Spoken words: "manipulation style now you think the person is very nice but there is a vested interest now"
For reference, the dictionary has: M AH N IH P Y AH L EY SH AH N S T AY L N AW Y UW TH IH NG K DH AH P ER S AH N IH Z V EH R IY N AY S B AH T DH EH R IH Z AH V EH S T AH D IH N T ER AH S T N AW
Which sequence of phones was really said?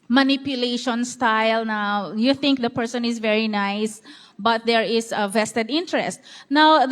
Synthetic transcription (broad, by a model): M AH N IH P Y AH L EY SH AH N S T AY L N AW Y UW TH IH NG K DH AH P ER S AH N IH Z V EH R IY N AY S B AH T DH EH R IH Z AH V EH S T AH D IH N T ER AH S T N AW